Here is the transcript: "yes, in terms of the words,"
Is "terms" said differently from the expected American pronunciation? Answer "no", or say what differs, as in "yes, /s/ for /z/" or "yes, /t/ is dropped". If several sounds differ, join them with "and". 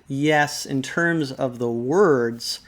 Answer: no